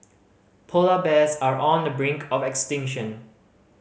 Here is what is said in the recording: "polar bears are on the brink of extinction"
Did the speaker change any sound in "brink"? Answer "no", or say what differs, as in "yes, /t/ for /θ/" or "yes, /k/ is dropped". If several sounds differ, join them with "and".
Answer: no